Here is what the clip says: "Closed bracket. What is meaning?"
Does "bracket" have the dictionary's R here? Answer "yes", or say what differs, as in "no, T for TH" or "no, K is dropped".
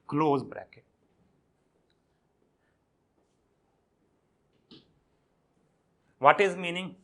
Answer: yes